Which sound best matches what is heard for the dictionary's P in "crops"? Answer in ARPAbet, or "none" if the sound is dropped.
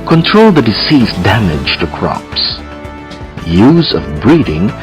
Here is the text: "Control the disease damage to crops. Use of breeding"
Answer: P